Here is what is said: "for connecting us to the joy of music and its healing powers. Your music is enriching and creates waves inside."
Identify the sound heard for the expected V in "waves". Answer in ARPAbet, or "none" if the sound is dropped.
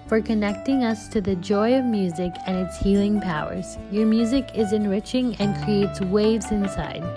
V